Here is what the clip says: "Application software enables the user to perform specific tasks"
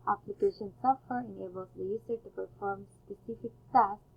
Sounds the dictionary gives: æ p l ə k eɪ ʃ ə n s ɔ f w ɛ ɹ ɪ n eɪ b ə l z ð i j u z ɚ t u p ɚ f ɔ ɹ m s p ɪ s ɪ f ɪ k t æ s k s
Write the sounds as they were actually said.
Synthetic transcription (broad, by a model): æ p l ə k eɪ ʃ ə n s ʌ f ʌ ɹ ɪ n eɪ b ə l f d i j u s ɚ t u p ɚ f ɔ ɹ m s p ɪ s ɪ f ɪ k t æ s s